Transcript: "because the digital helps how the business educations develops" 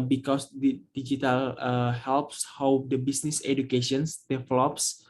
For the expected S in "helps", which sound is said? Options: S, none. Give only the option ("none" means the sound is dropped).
S